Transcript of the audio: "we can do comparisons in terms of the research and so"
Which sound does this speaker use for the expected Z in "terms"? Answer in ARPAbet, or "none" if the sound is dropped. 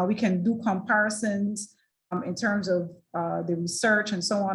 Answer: Z